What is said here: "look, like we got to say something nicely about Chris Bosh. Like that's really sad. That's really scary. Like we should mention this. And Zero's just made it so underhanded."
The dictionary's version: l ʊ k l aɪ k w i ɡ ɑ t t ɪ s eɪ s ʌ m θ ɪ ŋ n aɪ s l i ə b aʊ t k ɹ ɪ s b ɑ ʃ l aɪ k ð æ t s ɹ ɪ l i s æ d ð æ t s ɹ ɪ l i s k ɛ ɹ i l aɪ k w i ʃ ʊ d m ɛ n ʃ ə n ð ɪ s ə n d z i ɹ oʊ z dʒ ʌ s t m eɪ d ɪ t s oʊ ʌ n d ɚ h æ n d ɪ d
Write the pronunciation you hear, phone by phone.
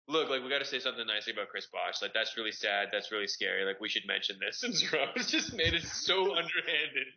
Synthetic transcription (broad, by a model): l ʊ k l aɪ k w i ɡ ɑ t t ɪ s eɪ s ʌ m θ ɪ ŋ n aɪ s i ə b aʊ t k ɹ ɪ s b ɑ ʃ l aɪ k ð æ t s ɹ ɪ l i s æ d ð æ t s ɹ ɪ l i s k ɛ ɹ i l aɪ k w i ʃ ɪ d m ɛ n ʃ ə n ð ɪ s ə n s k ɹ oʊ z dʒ ʌ s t m eɪ d ɪ t s oʊ ʌ n d ɚ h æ n d ɪ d